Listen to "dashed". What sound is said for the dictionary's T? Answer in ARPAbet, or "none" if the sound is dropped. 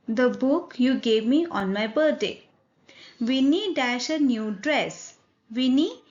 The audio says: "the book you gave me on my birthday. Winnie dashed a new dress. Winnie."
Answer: none